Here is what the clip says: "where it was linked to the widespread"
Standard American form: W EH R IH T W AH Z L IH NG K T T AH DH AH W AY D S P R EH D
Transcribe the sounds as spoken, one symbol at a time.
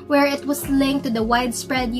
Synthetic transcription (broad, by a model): W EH R IH T W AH S L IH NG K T T AH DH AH W AY D S P R EH D